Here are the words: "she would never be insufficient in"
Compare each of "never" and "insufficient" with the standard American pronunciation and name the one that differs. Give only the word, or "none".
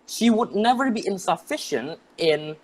none